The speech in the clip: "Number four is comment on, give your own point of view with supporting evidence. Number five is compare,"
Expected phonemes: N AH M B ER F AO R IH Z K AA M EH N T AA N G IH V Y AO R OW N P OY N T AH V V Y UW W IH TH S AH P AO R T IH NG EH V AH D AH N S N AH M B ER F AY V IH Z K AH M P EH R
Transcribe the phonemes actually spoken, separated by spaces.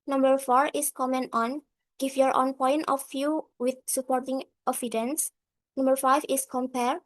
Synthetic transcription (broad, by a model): N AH M B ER F AO R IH S K AA M EH N T AA N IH F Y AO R OW N P OY N T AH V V Y UW W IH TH S AH P AO R T IH NG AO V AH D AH N S N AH M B ER F AY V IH S K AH M P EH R